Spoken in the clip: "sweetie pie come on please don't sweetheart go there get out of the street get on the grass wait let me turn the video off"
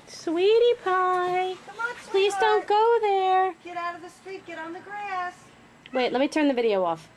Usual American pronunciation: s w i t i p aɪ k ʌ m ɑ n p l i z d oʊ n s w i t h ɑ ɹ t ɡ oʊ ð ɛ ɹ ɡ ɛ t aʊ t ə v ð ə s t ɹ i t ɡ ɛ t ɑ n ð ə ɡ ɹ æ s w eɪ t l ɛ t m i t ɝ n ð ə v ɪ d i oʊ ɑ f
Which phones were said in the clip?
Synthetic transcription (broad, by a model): s w i t i p aɪ p l i z d oʊ n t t ɡ oʊ ð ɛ ɹ ɡ ɛ t aʊ t ə v ð ə s t ɹ i t ɡ ɛ t n ð ə ɡ ɹ æ s w eɪ t l ɛ t m i t ɝ n ð ə v ɪ d i oʊ ɑ f